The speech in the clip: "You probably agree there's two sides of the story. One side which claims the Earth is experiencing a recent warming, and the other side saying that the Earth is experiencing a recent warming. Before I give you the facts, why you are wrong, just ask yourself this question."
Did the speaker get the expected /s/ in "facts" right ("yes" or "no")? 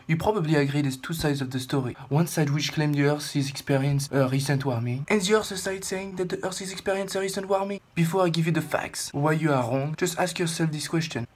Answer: yes